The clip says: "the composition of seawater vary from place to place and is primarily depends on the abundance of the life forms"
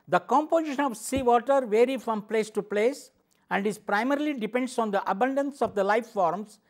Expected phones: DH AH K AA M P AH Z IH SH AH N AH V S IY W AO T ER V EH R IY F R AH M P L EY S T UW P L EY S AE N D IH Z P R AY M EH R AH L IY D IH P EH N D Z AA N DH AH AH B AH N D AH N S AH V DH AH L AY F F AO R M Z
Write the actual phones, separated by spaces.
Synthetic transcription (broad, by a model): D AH K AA M P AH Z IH SH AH N AH V S IY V AO T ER V EH R IY F R AH M P L EY S T UW P L EY S AE N D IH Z P R AY M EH R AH L IY D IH P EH N D S AA N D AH AH B AH N D AH N S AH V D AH L AY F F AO R M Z